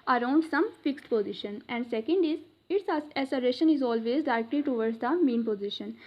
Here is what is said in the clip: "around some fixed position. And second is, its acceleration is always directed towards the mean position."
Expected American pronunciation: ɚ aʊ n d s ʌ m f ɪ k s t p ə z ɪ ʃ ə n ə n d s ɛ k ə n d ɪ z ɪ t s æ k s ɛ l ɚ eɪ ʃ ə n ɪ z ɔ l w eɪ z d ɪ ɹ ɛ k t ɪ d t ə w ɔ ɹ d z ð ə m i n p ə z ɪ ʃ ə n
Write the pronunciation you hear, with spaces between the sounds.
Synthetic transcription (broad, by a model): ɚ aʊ n d s ʌ m f ɪ k s t p ə z ɪ ʃ ə n ə n d s ɛ k ə n d ɪ z ɪ t s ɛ s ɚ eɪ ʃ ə n ɪ z ɔ l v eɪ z d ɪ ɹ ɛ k t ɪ t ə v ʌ ɹ d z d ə m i n p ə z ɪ ʃ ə n